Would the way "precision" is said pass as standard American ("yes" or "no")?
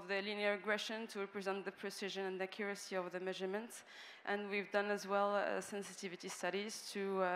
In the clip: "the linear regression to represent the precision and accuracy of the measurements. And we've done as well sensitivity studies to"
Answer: yes